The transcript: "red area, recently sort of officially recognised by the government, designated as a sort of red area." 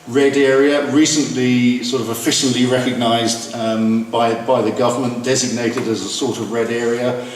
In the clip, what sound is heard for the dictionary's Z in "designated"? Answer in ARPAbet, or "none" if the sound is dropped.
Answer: Z